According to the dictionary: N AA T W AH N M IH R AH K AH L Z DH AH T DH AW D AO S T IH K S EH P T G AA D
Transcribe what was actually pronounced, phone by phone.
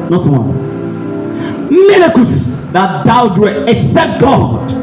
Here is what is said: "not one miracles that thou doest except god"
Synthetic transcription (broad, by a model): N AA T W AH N M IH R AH K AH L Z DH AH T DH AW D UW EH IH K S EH T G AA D